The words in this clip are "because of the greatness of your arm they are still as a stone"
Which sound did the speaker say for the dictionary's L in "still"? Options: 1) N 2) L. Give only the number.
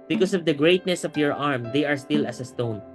2